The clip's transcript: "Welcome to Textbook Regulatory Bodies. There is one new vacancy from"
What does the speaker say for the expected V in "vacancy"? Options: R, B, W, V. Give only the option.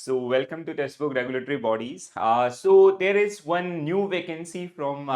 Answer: V